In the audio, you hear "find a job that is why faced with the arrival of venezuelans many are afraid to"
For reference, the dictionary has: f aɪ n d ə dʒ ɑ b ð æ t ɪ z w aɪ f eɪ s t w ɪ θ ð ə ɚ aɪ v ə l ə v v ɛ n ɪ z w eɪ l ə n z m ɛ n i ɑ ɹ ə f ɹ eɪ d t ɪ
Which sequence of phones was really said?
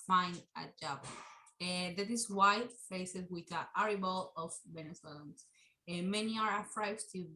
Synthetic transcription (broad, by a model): f aɪ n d ə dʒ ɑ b ð æ t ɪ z w aɪ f eɪ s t w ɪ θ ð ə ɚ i b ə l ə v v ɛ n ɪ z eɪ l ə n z m ɛ n i ɑ ɹ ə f ɹ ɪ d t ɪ